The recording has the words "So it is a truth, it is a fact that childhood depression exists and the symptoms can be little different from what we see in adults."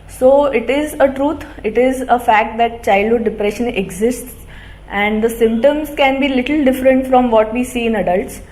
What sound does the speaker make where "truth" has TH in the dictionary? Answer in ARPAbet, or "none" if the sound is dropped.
T